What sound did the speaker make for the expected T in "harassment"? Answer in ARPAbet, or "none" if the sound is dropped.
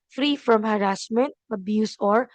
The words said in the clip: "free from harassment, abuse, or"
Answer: T